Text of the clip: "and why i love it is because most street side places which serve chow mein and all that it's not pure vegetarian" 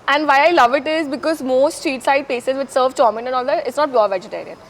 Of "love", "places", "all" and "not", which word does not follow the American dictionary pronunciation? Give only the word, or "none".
places